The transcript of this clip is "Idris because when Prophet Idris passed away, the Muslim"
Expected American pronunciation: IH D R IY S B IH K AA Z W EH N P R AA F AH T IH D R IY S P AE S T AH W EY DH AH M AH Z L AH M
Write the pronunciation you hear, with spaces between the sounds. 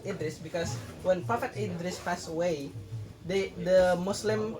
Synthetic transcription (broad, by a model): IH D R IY S B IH K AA S W EH N P R AA F AH T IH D R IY S F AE S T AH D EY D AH M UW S L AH M